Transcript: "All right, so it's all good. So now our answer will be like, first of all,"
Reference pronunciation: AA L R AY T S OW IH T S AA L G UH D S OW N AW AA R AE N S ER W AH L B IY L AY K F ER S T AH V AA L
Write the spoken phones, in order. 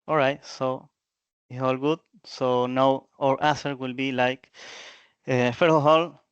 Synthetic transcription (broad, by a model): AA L R AY T S OW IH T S AA L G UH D S OW N AW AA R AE S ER W AH L B IY L AY K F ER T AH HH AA L